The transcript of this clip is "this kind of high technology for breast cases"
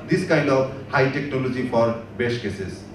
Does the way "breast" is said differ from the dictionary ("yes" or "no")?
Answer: yes